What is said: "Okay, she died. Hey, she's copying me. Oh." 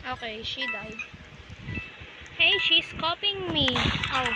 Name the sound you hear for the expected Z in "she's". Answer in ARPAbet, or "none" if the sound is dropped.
S